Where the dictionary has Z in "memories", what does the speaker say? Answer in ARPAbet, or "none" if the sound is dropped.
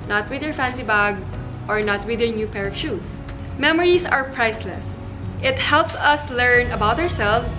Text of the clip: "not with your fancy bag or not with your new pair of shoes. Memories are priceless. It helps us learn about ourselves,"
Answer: S